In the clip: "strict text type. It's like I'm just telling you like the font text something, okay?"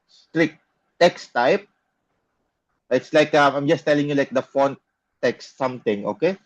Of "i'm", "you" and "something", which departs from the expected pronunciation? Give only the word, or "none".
something